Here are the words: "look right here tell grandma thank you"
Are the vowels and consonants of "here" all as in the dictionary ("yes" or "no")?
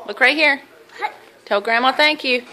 yes